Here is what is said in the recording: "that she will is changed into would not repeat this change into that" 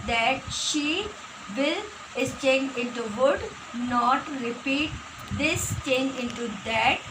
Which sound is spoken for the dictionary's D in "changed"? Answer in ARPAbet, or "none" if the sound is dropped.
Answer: none